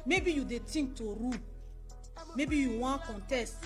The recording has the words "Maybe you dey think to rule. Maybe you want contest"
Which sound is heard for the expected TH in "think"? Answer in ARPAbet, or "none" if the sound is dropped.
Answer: T